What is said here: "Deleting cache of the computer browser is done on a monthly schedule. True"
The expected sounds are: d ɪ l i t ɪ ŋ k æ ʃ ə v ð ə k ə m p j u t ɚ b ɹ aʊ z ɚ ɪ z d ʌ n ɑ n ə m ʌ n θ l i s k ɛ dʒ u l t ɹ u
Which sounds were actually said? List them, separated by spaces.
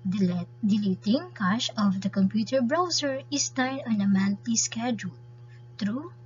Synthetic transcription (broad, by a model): d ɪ l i t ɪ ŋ k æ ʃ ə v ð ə k ə m p j u t ɚ b ɹ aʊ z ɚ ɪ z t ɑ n ɑ n ə m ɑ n t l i s k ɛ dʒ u l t ɹ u